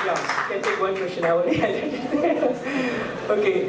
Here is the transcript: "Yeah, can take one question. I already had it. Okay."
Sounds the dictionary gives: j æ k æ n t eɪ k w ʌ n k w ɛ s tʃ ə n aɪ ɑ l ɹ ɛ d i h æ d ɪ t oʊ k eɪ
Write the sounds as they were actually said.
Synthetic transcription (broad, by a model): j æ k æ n t eɪ k w ʌ n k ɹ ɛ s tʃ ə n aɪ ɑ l ʌ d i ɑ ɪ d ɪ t oʊ k eɪ